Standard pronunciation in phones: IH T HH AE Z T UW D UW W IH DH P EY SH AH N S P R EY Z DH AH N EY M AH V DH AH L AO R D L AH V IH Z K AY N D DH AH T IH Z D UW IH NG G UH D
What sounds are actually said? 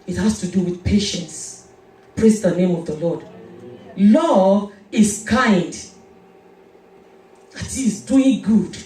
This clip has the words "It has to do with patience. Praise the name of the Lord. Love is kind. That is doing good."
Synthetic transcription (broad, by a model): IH T HH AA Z T UW D UW W IH DH P EY SH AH N S P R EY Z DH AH N EY M AH V DH AH L AO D L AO IH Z K AY N D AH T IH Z D UW IH NG G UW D